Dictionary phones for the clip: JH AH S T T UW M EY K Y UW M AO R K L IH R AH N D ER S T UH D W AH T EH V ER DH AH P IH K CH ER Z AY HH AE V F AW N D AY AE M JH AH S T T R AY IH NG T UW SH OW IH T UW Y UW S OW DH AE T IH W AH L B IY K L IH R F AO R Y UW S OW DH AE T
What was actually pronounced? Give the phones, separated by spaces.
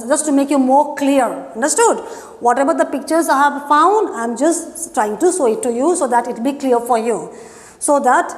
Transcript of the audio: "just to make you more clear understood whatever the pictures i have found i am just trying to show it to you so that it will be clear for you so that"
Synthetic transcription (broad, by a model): JH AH S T T UW M EY K Y UW M AO R K L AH R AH N D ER S T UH D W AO T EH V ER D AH P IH K CH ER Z AY HH AE V F AW N D AY M JH AH S T T R AY IH NG T UW S OW IH T UW Y UW S OW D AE T IH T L B IY K L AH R F AO R Y UW S OW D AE T